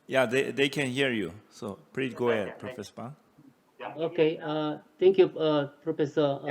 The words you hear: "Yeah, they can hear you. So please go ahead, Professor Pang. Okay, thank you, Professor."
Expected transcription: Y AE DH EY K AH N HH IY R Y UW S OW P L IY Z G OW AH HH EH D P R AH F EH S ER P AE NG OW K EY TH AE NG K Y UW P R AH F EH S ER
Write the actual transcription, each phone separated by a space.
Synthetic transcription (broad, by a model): Y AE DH EY K AH N HH IY R Y UW S OW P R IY G OW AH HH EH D P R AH F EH S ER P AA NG OW K EY T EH NG K Y UW P R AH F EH S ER